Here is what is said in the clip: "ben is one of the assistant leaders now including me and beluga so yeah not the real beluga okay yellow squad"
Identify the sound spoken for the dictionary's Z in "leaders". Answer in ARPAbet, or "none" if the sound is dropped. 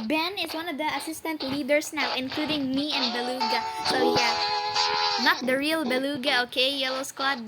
S